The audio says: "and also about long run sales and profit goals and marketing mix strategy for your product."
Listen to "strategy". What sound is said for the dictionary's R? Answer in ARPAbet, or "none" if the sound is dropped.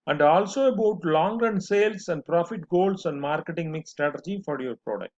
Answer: R